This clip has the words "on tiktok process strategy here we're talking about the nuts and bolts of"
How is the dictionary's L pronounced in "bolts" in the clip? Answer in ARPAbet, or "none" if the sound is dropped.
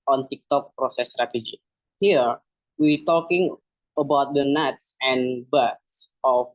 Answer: none